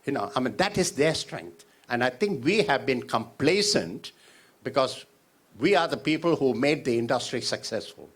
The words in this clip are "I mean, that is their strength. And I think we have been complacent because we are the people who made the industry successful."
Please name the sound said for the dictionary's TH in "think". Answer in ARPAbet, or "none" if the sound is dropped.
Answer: T